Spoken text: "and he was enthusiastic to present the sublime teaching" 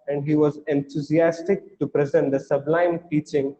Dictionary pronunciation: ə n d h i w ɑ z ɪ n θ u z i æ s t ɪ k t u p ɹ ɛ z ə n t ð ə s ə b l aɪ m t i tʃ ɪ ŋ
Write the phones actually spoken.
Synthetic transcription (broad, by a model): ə n d h i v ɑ z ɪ n t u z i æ s t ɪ k t u p ɹ ɛ z ə n t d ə s ə b l aɪ m t i tʃ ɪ ŋ